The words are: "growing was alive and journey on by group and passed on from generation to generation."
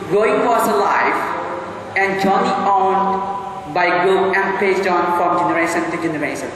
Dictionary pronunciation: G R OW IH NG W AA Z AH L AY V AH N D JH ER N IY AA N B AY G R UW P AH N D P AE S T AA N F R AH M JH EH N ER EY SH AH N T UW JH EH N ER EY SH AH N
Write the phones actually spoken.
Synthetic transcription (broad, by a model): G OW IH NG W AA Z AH L AY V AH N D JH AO N IY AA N B AY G AO AH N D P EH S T AA N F R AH M JH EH N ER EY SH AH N T UW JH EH N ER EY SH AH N